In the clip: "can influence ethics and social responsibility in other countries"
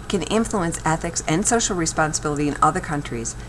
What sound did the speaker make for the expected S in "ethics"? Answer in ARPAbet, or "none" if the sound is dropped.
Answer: S